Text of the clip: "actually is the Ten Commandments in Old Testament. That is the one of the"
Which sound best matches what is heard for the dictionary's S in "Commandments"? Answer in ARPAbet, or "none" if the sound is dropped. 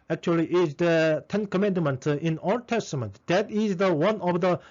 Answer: none